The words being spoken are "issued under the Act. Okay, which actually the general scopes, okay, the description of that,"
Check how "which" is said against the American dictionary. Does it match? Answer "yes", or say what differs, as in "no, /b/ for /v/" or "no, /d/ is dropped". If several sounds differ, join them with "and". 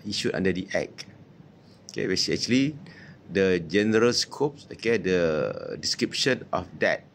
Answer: no, /s/ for /tʃ/